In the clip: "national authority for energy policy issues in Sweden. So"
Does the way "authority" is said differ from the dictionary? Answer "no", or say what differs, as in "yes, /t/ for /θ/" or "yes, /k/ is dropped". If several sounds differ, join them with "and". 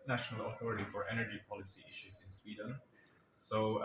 no